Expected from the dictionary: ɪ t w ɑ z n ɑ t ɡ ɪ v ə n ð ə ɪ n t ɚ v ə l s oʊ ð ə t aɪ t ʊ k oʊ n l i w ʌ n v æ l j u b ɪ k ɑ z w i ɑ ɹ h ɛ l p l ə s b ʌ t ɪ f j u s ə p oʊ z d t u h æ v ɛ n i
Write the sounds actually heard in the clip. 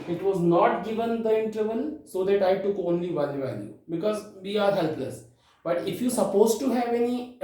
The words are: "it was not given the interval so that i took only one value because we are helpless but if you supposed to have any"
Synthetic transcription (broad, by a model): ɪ t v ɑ z n ɑ t ɡ ɪ v ə n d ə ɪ n t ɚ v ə n s oʊ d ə t aɪ t ʊ k oʊ n l i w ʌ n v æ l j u b ɪ k ɑ z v i ɑ ɹ h ɛ l p l ə s b ʌ t ɪ f j u s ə p oʊ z t u h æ v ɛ n i